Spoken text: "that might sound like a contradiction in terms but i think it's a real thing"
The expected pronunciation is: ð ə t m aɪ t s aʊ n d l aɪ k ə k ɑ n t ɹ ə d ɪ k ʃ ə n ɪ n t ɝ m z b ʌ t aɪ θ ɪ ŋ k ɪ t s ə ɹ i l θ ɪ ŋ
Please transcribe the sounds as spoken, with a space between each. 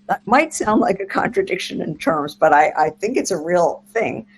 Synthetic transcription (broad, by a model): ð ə t m aɪ t s aʊ n d l aɪ k ə k ɑ n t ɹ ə d ɪ k ʃ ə n ɪ n t ɝ m z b ʌ t aɪ θ ɪ ŋ k ɪ t s ə ɹ i l θ ɪ ŋ